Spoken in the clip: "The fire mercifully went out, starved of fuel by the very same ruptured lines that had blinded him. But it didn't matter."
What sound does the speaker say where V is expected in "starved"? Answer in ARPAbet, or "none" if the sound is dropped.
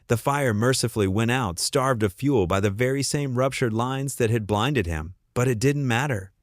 V